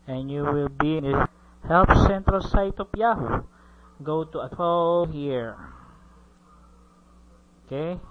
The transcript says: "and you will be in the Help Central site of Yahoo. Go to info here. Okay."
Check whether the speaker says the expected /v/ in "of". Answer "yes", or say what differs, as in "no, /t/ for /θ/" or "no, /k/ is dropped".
no, /p/ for /v/